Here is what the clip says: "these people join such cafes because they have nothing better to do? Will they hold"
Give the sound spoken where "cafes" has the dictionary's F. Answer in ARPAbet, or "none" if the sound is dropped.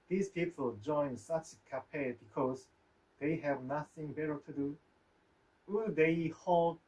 P